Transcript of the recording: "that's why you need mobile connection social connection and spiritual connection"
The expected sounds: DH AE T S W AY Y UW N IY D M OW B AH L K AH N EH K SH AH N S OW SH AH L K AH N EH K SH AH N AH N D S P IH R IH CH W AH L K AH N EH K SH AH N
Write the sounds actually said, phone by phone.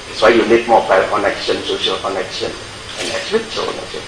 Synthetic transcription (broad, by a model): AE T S W AY Y UW L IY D M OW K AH K AH N EH K SH AH N S OW SH AH L K AH N EH K SH AH N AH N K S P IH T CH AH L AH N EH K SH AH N